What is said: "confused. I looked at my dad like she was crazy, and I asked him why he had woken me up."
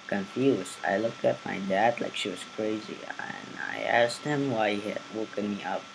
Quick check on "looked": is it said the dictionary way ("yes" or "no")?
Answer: yes